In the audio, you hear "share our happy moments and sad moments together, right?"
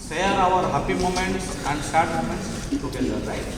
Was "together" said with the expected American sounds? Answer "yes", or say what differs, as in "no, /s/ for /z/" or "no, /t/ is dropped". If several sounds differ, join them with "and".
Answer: no, /ð/ is dropped